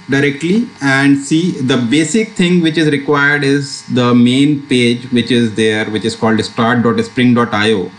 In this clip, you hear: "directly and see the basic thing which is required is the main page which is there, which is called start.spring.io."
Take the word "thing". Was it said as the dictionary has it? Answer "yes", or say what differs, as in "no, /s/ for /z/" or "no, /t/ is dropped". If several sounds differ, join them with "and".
no, /t/ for /θ/